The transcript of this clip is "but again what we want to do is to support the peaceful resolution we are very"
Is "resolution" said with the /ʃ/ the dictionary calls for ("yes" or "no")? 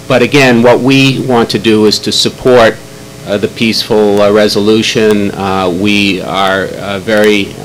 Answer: yes